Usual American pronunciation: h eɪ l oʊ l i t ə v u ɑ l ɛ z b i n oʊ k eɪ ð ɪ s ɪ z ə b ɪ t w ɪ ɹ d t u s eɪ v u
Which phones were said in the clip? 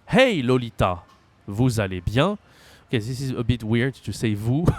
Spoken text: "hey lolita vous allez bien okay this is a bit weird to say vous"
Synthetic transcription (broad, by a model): h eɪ l oʊ l i t ə v u ɑ l ɛ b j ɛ oʊ k eɪ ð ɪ s ɪ z ə b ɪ t w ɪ ɹ d t u s eɪ v u